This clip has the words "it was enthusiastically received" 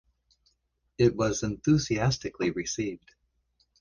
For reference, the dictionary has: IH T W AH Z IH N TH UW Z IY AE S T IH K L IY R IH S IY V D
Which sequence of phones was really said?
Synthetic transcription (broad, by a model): IH T W AH Z IH N TH UW Z IY AE S T IH K L IY R IH S IY V D